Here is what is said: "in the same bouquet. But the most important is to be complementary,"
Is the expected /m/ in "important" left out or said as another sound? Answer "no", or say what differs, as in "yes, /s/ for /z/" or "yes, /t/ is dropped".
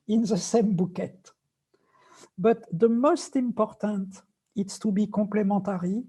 no